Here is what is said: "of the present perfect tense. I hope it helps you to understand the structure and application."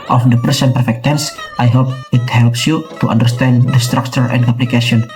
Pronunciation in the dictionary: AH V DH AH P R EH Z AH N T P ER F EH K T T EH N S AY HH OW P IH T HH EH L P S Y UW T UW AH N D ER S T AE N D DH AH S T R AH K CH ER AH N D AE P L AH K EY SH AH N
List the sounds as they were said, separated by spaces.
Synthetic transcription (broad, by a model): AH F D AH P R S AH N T P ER F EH K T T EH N S AY HH OW P IH T HH EH L P S Y UW T UW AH N D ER S T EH N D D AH S T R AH K CH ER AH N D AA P L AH K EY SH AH N